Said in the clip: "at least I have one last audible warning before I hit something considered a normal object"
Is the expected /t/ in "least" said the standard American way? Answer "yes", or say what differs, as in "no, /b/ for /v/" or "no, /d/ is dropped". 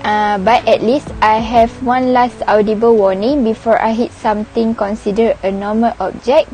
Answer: yes